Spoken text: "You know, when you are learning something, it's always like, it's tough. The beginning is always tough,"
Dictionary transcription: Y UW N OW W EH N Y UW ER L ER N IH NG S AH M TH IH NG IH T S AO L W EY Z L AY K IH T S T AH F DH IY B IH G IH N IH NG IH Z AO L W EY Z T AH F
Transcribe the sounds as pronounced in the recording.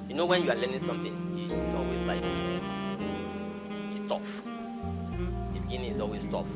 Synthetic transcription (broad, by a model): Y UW N OW W EH N Y UW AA L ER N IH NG S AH M T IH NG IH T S AO L W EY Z L AY K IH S T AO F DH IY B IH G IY N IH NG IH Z AO L W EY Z T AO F